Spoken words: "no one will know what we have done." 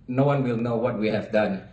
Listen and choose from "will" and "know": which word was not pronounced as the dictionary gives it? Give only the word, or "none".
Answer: none